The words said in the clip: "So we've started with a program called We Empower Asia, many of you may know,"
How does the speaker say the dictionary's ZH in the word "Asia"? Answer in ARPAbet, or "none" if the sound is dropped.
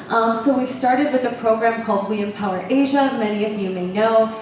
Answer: ZH